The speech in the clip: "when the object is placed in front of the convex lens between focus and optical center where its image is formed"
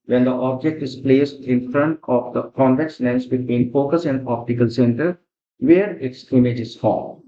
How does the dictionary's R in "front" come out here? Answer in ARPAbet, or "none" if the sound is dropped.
R